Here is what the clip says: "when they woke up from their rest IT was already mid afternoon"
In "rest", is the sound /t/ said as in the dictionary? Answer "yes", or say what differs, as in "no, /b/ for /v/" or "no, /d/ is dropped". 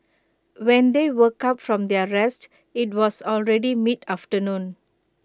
yes